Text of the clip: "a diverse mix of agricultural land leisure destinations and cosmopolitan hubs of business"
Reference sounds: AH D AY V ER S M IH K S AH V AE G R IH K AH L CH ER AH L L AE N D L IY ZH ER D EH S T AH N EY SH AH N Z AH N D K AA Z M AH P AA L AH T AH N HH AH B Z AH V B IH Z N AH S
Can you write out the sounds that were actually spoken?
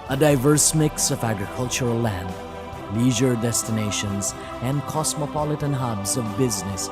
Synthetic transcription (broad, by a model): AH D AY V ER S M IH K S AH V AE G R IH K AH L CH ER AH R L AE N D L IY ZH ER D EH S T AH N EY SH AH N Z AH N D K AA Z M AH P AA L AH T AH N HH AH B Z AH V B IH Z N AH S